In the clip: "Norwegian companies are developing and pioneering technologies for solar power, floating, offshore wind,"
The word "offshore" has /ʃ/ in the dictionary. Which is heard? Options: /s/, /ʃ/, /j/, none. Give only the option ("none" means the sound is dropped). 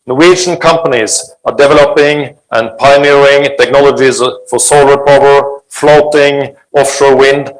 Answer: /ʃ/